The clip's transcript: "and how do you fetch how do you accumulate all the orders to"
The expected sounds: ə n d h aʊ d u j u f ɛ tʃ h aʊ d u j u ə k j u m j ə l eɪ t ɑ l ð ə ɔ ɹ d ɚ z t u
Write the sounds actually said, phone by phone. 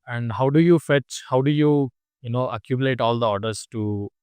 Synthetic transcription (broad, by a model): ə n d h aʊ d u j u f ɛ tʃ h aʊ d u j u ə k j u m j ə l eɪ t ɑ l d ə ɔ ɹ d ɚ s t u